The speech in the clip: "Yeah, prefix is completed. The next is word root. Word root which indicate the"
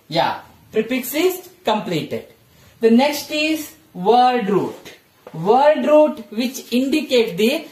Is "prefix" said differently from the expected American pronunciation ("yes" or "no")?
yes